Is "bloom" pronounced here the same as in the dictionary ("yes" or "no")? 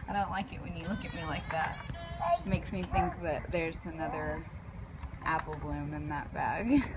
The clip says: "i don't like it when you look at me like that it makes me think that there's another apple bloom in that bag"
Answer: yes